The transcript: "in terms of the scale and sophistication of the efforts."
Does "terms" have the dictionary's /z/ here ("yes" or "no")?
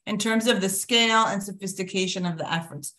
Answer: yes